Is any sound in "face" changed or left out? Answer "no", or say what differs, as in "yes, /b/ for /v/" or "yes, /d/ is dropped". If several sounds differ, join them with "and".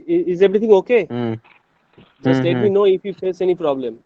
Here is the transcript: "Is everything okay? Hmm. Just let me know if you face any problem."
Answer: no